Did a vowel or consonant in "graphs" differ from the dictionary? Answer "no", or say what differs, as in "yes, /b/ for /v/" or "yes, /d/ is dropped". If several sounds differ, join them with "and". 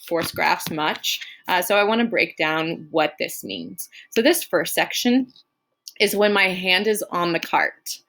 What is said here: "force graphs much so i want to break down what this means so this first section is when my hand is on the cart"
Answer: no